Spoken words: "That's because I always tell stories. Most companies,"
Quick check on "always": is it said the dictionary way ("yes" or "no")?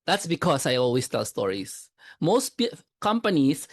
no